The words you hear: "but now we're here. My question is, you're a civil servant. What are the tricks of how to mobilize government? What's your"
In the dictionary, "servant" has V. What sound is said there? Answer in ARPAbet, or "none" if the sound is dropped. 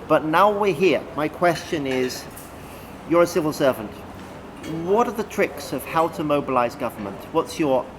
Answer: V